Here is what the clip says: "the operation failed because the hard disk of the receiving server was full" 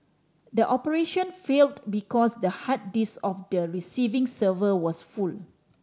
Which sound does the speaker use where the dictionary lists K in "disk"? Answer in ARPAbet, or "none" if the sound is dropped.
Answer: none